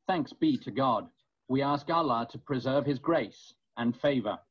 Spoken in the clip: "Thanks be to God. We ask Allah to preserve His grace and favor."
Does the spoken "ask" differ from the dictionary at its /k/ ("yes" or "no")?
no